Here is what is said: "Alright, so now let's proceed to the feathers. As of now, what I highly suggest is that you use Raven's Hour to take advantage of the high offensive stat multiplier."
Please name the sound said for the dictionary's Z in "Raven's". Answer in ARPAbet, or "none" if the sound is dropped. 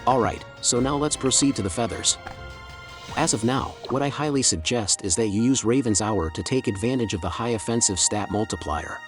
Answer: Z